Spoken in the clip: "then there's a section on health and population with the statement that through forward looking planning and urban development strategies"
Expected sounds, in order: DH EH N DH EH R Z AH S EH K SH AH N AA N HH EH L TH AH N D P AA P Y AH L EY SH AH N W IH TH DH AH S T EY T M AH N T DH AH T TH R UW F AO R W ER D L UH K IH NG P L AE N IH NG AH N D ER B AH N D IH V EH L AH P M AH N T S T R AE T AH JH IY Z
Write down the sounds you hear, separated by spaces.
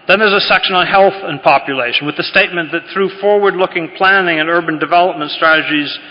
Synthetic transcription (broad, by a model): DH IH N DH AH R Z AH S EH K SH AH N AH N HH EH L TH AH N P AA P Y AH L EY SH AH N W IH DH AH S T EY T M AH N DH AH T TH R UW F AO R W ER D L UH K IH NG P L AE N IH NG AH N ER B AH N D IH V EH L AH P M AH N T S T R AE T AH JH IY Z